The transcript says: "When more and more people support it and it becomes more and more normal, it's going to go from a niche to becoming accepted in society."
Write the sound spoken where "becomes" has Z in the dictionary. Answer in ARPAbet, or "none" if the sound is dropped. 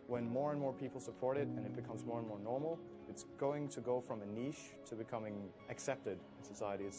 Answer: Z